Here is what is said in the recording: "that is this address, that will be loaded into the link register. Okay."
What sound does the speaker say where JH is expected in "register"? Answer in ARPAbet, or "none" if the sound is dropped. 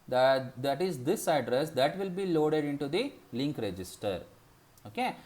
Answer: JH